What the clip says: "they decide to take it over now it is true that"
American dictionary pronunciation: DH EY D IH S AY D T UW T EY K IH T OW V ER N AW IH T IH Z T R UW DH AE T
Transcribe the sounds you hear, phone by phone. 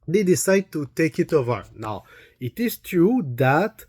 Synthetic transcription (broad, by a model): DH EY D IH S AY D T UW T EY K IH T OW V ER N AW IH T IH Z T R UW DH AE T